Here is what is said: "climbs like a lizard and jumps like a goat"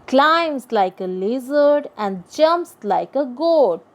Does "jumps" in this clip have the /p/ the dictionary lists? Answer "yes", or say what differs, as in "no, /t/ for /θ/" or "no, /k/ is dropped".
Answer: yes